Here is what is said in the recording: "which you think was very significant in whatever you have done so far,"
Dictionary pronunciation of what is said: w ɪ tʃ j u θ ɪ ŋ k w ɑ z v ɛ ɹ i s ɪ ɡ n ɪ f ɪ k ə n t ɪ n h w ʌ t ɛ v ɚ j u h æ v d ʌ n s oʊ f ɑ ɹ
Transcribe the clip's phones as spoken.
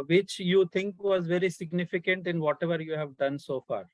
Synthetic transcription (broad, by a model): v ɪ tʃ j u t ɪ ŋ k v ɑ z v ɛ ɹ i s ɪ ɡ n ɪ f ɪ k ə n t ɪ n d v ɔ t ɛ v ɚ j u h æ v d ʌ n s oʊ f ɑ ɹ